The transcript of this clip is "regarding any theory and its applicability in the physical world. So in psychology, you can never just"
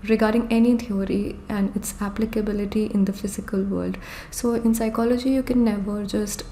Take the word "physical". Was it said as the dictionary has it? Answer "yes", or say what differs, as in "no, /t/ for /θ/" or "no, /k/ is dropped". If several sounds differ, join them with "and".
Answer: yes